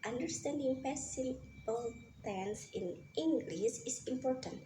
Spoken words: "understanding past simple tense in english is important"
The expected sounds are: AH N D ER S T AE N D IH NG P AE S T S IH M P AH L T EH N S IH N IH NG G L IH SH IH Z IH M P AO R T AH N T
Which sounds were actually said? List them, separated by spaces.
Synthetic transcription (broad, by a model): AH N D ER S T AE N D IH NG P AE S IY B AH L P L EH N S IH N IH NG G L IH S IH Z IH M P AO R T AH N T